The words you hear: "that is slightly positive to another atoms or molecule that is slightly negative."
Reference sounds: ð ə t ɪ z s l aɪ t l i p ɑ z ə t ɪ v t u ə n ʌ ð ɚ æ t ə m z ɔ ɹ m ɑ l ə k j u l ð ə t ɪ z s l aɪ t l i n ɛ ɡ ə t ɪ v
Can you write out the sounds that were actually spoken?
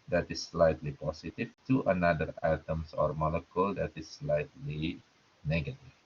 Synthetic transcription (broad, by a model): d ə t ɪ s l aɪ t l i p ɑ s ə t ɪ f t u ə n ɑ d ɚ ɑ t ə m s ɔ ɹ m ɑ l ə k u l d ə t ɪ s l aɪ t l i n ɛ ɡ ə t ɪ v